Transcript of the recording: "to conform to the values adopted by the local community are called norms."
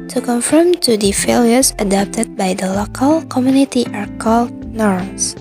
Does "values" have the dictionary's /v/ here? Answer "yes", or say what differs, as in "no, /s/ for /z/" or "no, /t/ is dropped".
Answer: no, /f/ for /v/